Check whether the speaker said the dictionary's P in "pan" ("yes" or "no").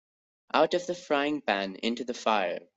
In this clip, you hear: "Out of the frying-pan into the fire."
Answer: no